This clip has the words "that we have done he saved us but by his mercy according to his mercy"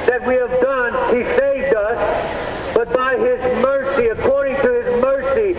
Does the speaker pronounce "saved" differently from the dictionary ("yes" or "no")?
no